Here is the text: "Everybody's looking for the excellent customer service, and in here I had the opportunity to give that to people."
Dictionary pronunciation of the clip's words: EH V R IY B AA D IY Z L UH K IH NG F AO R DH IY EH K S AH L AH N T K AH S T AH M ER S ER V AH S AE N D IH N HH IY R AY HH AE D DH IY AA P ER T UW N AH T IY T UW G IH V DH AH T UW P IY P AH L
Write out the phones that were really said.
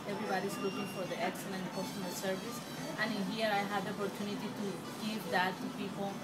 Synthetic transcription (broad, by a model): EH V R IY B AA D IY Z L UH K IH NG F AO R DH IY EH K S AH L AH N T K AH S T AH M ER S ER V AH S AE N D IH N HH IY R AY HH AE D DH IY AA P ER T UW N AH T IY T UW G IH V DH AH T UW P IY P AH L